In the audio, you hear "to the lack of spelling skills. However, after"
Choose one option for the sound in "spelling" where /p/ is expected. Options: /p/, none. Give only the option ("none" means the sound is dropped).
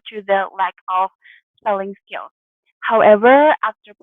none